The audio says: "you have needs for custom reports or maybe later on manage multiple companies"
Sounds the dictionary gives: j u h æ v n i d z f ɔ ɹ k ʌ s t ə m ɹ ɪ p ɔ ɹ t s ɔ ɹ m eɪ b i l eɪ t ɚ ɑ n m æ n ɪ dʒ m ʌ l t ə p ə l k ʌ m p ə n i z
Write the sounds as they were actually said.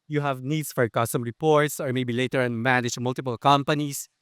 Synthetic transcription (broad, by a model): j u h æ v n i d s f ɔ ɹ k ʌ s t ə m ɹ ɪ p ɔ ɹ t s ɔ ɹ m eɪ b i l eɪ t ɚ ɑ n m æ n ɪ dʒ m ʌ l t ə p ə l k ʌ m p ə n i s